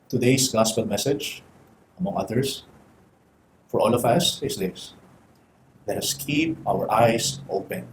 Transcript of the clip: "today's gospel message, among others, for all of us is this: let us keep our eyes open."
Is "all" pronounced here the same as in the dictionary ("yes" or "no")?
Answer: yes